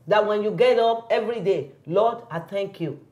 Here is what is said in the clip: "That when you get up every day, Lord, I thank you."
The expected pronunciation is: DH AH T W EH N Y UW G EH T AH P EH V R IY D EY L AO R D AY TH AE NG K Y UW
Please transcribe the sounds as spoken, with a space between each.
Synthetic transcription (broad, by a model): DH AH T W EH N Y UW G EH T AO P EH V R IY D EY L AO D AY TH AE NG K Y UW